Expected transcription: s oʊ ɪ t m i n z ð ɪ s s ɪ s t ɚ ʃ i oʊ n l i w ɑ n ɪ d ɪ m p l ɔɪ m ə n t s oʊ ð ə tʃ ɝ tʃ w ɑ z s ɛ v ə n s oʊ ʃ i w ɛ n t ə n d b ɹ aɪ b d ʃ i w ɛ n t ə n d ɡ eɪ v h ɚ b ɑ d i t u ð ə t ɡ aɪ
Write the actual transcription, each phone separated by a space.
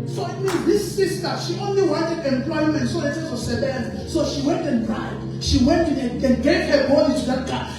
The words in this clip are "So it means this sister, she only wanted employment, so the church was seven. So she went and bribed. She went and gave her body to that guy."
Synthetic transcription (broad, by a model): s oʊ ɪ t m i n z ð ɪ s s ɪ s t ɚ ʃ i oʊ n l i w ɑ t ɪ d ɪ m p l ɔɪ m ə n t s oʊ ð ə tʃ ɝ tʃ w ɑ s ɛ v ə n s oʊ ʃ i w ɛ n t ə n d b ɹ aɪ d ʃ i w ɛ n t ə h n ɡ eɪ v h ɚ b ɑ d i t u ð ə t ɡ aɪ